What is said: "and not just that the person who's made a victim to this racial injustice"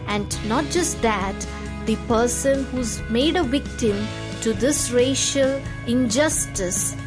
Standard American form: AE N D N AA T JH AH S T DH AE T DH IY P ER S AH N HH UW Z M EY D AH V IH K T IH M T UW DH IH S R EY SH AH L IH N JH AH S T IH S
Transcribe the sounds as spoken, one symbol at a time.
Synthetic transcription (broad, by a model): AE N D N AA T JH AH S T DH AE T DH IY P ER S AH N HH UW Z M EY D AH V IH K T IH M T UW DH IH S R EY SH AH L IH N JH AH S T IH S